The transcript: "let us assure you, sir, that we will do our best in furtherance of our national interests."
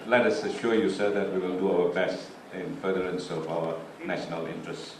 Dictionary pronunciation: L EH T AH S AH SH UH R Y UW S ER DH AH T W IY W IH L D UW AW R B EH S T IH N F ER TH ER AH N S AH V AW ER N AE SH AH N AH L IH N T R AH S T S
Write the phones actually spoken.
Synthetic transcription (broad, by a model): L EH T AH S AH SH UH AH Y UW S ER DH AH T W IY W IH L D UW AW W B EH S IH N F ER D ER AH N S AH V AW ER N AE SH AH N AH L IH N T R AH S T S